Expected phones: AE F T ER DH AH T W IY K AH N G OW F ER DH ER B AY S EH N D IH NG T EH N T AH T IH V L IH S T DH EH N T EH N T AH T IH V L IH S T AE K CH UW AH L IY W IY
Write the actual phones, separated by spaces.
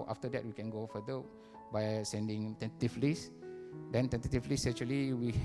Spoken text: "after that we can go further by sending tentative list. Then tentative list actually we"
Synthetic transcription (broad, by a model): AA F T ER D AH T W IY K AH N G OW F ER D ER B AY S EH N D IH NG T EH N T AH T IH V L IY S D EH N T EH N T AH T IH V L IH S EH CH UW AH L IY W IY